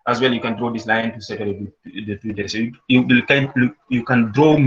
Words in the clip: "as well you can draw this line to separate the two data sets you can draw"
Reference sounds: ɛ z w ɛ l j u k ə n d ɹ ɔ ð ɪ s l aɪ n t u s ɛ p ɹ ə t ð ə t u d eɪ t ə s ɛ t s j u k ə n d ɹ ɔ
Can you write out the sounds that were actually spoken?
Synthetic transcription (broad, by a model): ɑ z w ɛ l j u k ə n d ɹ ɔ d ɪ s l aɪ n t u s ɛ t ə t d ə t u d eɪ s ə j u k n j u k ə n d ɹ ɔ